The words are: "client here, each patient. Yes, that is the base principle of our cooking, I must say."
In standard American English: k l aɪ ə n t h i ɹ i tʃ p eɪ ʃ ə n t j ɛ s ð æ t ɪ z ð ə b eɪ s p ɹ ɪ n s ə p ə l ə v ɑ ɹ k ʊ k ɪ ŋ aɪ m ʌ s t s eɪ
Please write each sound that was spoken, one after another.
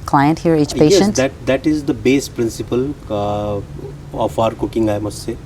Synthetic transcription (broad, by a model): k l aɪ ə n t h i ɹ i tʃ p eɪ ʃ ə n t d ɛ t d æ t ɪ z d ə b eɪ s p ɹ ɪ n s ə p ə l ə f ɑ ɹ k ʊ k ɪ ŋ aɪ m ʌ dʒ s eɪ